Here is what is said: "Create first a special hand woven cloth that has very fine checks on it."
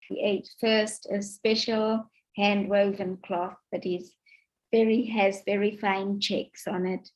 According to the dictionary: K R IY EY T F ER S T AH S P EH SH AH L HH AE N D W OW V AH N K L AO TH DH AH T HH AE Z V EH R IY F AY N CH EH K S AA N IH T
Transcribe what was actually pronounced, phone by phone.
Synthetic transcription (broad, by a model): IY EY T F ER S T AH S P EH SH AH L HH AE N D W OW V AH N K L AO TH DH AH T HH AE Z V EH R IY F AY N CH EH K S N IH T